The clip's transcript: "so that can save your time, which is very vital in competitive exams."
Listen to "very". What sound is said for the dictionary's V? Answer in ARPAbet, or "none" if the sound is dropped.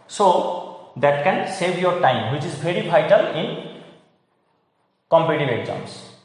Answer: B